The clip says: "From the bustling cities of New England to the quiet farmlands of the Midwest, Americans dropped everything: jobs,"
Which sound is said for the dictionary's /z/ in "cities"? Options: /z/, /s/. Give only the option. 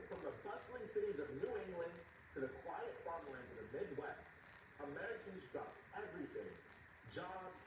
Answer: /z/